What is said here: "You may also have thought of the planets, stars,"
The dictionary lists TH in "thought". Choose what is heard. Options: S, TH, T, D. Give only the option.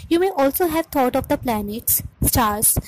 T